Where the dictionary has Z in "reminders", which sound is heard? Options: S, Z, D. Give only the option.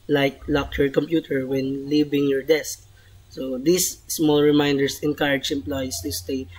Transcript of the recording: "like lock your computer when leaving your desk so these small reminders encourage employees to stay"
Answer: S